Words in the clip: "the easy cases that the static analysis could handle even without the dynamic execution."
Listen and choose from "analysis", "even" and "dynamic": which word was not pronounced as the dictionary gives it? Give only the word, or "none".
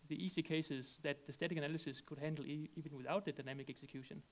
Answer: none